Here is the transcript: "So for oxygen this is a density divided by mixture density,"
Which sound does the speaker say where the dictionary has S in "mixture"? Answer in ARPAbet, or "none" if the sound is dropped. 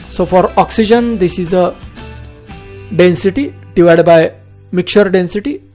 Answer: none